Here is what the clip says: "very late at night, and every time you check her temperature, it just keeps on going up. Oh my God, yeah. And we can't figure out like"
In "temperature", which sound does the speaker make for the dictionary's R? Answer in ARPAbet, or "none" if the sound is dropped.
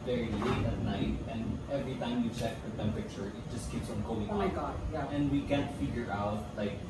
none